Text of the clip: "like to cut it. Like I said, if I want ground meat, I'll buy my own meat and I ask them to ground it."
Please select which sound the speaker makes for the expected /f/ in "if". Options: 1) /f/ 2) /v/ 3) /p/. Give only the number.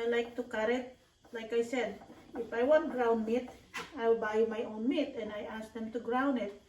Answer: 1